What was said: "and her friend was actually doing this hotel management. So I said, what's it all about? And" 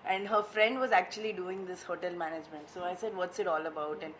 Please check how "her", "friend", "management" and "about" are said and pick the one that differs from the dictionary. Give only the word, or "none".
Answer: none